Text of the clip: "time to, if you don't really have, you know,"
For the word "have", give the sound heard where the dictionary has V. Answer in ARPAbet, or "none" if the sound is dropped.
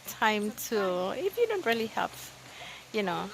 P